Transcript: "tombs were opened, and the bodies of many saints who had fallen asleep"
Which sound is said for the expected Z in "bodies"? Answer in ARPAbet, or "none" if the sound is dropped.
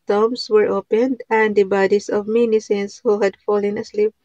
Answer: S